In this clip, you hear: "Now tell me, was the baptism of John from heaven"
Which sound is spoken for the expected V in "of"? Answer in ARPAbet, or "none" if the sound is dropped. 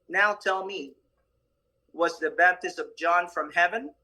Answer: V